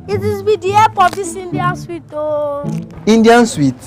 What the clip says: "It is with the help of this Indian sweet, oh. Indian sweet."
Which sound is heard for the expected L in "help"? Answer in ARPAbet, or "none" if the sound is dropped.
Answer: none